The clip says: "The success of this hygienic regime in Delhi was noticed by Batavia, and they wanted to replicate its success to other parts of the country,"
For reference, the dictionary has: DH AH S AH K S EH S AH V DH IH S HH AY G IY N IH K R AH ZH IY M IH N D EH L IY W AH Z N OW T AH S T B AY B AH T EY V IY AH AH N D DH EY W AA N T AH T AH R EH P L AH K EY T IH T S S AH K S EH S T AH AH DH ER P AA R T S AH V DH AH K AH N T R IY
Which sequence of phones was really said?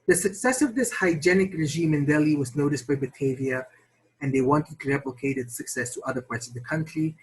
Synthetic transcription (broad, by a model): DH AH S AH K S EH S AH V DH IH S HH AY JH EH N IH K R AH ZH IY M IH N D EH L IY W AH Z N OW T AH S T B AY B AH T EY V IY AH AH N DH EY W AA N T AH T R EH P L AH K EY T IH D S S AH K S EH S T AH AH DH ER P AA R T S AH V DH AH K AH N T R IY